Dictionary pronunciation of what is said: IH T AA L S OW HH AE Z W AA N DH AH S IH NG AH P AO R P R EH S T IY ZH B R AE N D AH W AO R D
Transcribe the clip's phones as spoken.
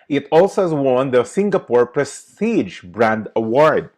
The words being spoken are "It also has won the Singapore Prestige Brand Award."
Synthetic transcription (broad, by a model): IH T AA L S OW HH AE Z W AA N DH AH S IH NG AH P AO R P R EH S T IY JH B R AE N D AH W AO R D